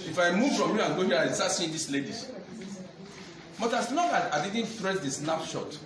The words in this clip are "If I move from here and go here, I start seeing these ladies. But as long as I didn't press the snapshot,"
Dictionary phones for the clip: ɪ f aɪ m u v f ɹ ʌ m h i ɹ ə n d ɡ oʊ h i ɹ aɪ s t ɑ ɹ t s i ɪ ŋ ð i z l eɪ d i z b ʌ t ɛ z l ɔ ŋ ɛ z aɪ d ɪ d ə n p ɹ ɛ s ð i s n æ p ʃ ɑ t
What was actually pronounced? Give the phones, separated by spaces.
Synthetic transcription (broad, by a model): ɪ f aɪ m u v f ɹ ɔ m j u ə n ɡ oʊ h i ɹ aɪ s t ɑ t s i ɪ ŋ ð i s l eɪ d i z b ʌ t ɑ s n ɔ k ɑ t aɪ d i d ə n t ɹ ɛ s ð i s n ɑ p ʃ ɑ t